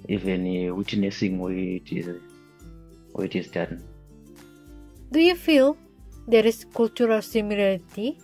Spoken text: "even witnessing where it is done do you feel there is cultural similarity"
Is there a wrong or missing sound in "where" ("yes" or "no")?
yes